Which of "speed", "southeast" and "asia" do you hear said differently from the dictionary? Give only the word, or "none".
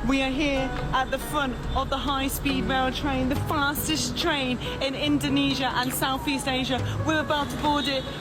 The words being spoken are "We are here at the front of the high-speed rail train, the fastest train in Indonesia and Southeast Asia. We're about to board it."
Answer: none